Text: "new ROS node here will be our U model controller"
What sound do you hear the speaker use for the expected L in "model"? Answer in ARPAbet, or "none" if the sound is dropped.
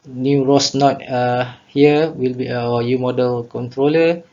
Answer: L